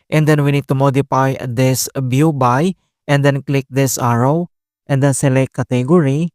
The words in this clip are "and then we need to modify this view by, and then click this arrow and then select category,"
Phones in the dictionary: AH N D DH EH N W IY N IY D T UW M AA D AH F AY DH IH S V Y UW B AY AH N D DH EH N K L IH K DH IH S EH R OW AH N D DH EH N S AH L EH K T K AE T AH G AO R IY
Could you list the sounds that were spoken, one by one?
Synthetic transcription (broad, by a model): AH N D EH N W IY N IY D T UW M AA D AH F AY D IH S B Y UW B AY AH N D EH N K L IH K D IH S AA R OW AH N D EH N S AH L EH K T K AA T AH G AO R IY